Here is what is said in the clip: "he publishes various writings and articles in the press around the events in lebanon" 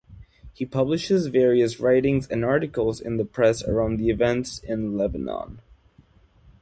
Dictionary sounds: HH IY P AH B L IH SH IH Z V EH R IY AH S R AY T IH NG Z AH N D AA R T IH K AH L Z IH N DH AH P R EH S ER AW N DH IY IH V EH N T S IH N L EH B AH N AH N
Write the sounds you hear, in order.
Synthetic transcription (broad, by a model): HH IY P AH B L IH SH IH Z V EH R IY AH S R AY T IH NG Z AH N AA R T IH K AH L Z IH N DH AH P R EH S ER AW N DH IY IH V EH N T S IH N L EH B AH N AH N